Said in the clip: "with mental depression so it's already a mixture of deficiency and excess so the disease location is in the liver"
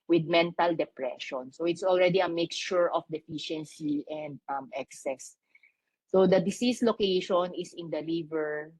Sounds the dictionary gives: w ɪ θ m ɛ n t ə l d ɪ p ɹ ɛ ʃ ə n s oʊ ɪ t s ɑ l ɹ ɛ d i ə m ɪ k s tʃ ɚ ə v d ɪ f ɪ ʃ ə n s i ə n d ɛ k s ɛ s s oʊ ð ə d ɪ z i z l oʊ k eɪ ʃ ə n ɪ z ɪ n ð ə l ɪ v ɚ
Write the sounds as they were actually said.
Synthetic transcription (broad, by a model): w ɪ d m ɛ n t ə l d ɪ p ɹ ɛ ʃ ə n s oʊ ɪ t s ɑ l ɹ ɛ d i ə m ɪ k tʃ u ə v d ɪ f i ʃ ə n s i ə n d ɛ k s ɛ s s oʊ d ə d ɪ s i s l oʊ k eɪ ʃ ə n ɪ s ɪ n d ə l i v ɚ